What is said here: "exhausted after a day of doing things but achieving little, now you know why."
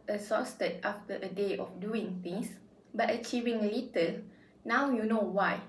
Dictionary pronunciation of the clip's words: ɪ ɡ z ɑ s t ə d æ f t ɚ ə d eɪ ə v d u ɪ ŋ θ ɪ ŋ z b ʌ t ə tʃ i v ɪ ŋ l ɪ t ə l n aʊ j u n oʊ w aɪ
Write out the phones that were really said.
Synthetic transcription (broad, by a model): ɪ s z ɑ s t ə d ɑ f t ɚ ə d eɪ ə f d u ɪ ŋ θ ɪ ŋ s b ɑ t ə tʃ i v ɪ ŋ l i t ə l n aʊ j u n oʊ w aɪ